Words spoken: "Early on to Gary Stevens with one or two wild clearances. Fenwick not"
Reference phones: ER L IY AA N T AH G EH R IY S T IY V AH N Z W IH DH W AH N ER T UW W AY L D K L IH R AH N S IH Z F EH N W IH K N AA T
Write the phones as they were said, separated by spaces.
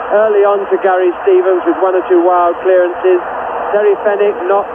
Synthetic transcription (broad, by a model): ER L IY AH N T AH G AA R IY S T IY V AH N Z W IH DH W AH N ER T UW W AY L D K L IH R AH N S IH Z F EH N IH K N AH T